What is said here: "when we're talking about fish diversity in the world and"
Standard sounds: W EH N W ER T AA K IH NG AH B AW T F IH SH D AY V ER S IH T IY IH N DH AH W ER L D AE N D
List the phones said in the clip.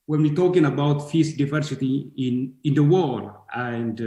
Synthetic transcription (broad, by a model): W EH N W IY T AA K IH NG AH B AW T F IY S D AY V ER S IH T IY IH N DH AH W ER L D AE N D